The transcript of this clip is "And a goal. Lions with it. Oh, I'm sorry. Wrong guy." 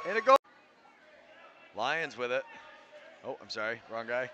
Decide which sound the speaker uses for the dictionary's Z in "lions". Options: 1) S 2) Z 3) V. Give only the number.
2